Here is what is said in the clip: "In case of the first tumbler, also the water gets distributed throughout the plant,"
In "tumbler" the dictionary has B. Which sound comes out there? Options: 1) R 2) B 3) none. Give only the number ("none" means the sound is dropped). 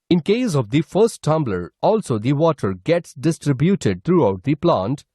2